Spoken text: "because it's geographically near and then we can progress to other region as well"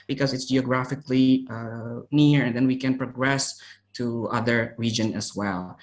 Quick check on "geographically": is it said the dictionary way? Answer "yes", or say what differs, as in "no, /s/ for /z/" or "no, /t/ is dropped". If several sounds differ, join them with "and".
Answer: yes